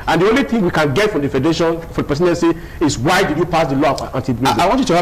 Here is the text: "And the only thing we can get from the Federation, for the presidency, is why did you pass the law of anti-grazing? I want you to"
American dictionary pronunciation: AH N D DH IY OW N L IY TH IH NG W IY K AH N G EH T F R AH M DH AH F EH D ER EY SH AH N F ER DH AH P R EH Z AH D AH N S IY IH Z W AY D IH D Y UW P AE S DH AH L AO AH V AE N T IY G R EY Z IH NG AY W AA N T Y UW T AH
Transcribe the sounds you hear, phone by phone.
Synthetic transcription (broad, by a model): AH N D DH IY OW N L IY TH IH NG W IY K AH N G EH T F R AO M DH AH F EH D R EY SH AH N F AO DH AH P EH S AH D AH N S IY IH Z W AY D IH D Y UW P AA S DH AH L AO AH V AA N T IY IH AY W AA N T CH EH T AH